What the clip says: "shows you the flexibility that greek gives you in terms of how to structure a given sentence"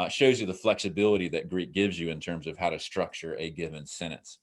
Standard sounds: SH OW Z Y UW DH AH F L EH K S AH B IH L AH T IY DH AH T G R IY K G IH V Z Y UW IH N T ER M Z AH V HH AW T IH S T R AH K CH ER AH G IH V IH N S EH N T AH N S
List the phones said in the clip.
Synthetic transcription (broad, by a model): SH OW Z Y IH DH AH F L EH K S AH B IH L AH T IY DH AH T G R IY K G IH V Z Y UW IH N T ER M Z AH V HH AW T IH S T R AH K CH ER AH G IH V IH N S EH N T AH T S